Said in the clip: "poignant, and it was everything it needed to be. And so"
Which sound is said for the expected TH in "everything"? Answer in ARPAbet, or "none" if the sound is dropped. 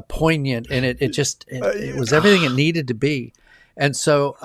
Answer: TH